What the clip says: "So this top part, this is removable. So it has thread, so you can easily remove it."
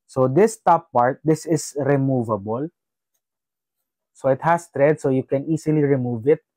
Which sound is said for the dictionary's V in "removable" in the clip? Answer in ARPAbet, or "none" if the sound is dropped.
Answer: V